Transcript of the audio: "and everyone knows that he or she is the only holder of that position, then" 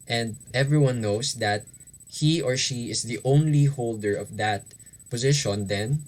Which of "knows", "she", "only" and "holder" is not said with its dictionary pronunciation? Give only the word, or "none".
knows